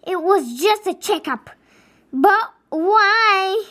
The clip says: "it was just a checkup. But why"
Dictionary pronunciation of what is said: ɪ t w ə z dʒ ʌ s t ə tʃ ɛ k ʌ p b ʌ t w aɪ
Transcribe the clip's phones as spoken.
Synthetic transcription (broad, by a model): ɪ t w ə z dʒ ʌ s t ə tʃ ɛ k ʌ p b ʌ t w aɪ